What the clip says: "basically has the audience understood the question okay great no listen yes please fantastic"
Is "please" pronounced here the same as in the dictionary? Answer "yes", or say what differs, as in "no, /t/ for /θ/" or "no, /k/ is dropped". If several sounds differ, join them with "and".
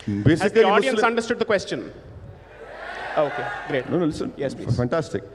no, /z/ is dropped